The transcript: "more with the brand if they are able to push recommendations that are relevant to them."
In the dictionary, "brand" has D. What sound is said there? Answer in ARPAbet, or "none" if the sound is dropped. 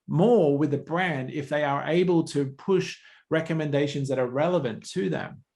D